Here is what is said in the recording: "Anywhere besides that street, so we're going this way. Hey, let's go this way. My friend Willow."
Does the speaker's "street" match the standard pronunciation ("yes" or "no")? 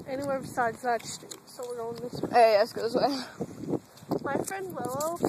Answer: no